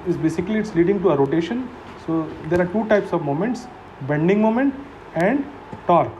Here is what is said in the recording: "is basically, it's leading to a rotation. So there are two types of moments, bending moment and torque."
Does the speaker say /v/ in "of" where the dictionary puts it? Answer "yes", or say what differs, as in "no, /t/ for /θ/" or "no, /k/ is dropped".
yes